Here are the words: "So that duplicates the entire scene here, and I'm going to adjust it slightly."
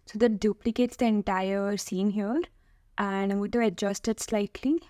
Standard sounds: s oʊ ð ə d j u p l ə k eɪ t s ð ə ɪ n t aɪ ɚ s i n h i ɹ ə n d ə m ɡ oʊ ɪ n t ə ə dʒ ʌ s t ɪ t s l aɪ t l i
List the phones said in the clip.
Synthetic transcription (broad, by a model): s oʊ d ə d j u p l ə k eɪ t s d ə ɪ n t aɪ ɚ s i n h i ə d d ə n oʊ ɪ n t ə ə dʒ ʌ s t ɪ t s l aɪ t l i